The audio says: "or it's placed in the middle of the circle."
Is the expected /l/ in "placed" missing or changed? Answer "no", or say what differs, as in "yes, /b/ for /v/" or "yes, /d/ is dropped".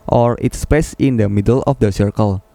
yes, /l/ is dropped